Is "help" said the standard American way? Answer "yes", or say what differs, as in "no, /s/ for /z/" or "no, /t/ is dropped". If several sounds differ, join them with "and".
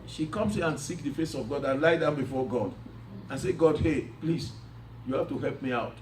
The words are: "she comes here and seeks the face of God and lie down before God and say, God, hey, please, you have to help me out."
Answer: yes